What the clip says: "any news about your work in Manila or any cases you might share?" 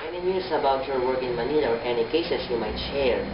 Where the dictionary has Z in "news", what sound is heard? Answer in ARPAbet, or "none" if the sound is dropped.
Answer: S